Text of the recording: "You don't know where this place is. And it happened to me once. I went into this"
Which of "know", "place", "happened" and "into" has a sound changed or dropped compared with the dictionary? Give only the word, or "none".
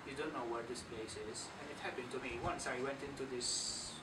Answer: none